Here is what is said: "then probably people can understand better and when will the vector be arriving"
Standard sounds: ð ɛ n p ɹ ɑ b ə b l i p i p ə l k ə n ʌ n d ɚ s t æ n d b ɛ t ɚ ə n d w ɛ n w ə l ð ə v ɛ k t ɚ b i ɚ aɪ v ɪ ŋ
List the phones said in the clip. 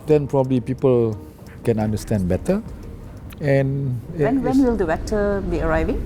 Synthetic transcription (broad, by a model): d ɛ n p ɹ ɑ b ə b l i p i p ə l k ə n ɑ n d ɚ s t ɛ n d b ɛ t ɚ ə n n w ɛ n w ə l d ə b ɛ t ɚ b i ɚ aɪ v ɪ ŋ